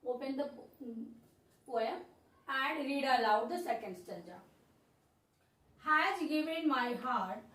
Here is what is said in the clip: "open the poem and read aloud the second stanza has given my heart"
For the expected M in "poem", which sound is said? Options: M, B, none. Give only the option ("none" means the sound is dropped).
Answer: none